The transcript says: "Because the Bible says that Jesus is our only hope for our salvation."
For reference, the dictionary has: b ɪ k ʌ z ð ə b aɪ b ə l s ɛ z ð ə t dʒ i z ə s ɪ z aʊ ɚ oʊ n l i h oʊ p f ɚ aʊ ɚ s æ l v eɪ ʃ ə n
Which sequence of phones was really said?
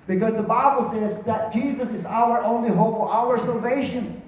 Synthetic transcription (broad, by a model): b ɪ k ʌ z ð ə b aɪ b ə l s ɛ z ð ə t dʒ i z ə s ɪ z aʊ ɚ oʊ n l i h oʊ p f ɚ aʊ ɚ s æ l v eɪ ʃ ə n